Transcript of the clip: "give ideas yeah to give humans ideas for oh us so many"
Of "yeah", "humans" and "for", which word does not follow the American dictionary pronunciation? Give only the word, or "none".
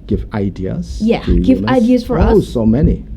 humans